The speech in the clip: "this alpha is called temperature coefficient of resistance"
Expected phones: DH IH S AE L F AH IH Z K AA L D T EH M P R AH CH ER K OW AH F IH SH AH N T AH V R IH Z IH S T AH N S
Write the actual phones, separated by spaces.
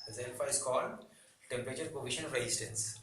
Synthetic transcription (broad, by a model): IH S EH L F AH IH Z K AA L D T EH M P R AH CH ER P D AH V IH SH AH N AH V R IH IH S T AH N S